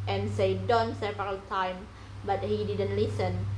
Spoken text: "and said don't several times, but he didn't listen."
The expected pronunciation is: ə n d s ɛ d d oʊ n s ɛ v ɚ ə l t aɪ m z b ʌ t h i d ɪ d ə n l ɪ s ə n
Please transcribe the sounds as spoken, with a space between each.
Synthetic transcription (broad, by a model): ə n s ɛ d d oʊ n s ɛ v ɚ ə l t aɪ m b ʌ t h i d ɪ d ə n l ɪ s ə n